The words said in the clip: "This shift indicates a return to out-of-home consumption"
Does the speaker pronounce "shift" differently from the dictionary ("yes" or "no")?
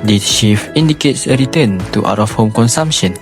yes